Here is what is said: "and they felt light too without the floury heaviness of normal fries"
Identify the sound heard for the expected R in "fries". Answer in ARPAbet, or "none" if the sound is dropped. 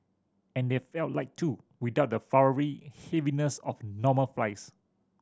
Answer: L